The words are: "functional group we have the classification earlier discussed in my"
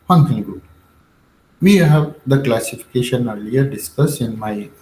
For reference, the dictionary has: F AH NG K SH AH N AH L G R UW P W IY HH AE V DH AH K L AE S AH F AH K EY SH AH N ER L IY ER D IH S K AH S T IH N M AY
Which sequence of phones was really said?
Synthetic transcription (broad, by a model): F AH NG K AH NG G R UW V IY HH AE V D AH K L AE S AH F AH K EY SH AH N ER L IY ER D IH S K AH S IH N M AY